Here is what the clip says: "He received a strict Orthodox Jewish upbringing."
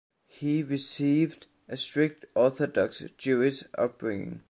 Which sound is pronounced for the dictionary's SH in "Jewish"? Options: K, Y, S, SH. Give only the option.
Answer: S